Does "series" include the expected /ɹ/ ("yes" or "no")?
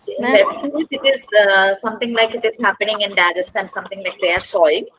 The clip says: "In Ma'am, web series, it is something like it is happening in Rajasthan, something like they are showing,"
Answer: no